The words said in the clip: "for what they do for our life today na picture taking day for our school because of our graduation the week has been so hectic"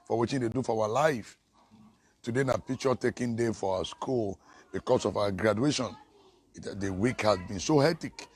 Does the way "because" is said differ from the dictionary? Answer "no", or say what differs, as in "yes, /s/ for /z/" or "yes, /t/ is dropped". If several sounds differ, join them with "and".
yes, /s/ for /z/